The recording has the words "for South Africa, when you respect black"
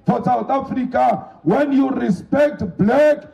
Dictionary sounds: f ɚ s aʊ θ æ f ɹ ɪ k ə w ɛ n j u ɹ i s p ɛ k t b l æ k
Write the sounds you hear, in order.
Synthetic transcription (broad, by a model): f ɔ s aʊ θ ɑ f ɹ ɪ k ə w ɛ n j u ɹ i s p ɛ k t b l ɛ k